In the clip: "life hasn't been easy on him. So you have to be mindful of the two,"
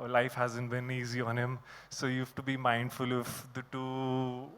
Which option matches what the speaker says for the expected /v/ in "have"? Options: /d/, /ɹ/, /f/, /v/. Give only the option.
/f/